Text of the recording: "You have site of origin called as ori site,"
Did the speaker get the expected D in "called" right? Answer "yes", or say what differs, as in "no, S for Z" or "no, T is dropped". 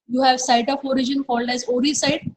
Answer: yes